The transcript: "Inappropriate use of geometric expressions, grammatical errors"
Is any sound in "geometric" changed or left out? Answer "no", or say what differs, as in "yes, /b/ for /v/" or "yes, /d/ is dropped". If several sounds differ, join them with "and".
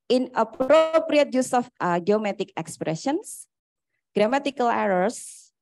yes, /ɹ/ is dropped